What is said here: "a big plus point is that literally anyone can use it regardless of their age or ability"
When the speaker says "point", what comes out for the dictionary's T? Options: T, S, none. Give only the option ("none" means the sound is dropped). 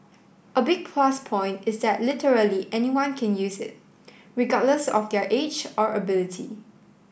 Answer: T